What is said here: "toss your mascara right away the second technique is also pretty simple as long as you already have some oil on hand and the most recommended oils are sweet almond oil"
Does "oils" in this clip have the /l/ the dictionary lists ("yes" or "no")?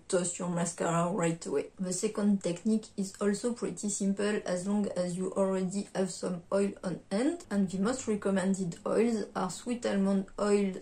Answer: yes